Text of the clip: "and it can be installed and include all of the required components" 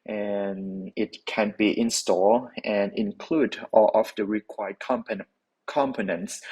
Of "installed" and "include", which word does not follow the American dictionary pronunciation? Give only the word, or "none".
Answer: installed